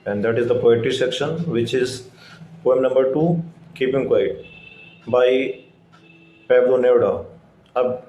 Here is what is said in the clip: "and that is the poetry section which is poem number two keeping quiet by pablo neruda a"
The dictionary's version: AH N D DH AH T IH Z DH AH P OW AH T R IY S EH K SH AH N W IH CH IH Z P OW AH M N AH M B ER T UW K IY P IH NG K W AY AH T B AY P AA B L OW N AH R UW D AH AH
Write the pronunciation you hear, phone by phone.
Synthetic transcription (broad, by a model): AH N D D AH T IH Z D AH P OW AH T IY S EH K SH AH N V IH CH IH Z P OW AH M N AH M B ER T UW K IY P IH NG K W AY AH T B AY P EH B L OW N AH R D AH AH